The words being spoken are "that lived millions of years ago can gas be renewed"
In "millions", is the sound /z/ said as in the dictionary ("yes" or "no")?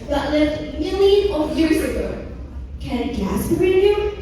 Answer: no